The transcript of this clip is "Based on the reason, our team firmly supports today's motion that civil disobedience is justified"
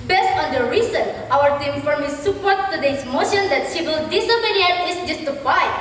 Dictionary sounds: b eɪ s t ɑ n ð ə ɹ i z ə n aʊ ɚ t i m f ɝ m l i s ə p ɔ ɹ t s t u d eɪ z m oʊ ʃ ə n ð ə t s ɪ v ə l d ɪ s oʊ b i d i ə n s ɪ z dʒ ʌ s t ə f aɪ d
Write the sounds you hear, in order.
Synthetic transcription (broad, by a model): b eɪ s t ɑ n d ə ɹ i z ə n aʊ ɚ t i m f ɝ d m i s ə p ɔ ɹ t t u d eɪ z m oʊ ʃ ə n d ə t ʃ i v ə l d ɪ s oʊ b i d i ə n ɪ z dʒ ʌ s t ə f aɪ